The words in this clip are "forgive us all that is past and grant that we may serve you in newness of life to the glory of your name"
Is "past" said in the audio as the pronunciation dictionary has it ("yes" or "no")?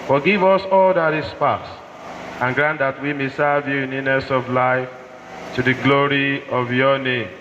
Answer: no